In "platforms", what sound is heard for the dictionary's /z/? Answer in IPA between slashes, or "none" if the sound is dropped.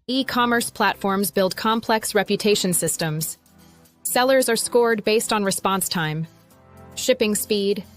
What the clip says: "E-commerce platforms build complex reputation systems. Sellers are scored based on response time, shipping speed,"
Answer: /z/